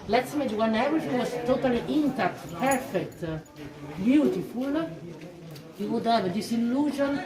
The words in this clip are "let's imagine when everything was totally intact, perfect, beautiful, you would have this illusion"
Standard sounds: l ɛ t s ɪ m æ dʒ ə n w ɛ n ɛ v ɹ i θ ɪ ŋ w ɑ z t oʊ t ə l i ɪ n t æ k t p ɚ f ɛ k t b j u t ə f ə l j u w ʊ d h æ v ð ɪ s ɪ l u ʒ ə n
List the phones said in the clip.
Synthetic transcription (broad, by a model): l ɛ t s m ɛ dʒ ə w ɛ n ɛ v i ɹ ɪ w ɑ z t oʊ t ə l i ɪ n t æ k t p ɚ f ɛ k t b j u t ə f ə l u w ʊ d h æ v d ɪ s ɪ l u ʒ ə n